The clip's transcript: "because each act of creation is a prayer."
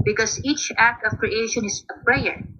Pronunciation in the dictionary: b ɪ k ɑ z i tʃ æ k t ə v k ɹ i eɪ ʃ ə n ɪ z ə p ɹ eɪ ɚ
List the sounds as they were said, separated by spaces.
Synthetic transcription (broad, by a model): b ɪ k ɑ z i tʃ æ k t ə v k ɹ i eɪ ʃ ə n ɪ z ə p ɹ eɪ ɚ